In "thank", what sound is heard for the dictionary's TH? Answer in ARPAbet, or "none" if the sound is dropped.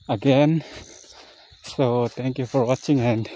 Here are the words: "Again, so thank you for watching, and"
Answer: T